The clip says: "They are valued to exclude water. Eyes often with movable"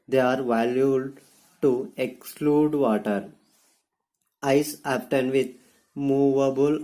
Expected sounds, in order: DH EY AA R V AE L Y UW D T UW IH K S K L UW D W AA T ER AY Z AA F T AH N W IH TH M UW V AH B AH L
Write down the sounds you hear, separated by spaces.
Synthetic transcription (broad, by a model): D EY AA R V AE L Y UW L T UW IH K S K L UW D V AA T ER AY S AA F T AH N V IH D M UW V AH B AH L